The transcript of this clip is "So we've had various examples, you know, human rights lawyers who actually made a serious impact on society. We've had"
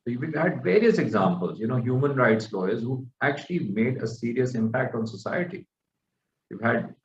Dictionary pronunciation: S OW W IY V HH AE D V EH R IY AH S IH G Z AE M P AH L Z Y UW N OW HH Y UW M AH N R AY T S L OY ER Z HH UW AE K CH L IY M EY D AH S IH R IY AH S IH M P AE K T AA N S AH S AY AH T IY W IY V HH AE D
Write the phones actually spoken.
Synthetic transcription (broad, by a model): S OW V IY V HH AE D V EH R IY AH S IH G Z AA M P AH L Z Y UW N OW HH Y UW M AH N R AY T S L OY ER Z HH UW AE K CH L IY M EY D AH S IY R IY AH S IH M P AE K T AA N S AH S AY AH T IY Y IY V HH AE D